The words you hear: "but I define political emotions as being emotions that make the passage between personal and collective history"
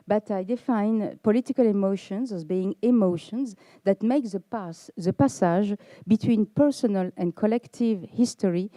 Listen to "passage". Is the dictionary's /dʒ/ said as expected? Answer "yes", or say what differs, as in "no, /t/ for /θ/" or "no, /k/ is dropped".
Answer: no, /ʒ/ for /dʒ/